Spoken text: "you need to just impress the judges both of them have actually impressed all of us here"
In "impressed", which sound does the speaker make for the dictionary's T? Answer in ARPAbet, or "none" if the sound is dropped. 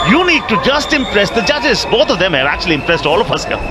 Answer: T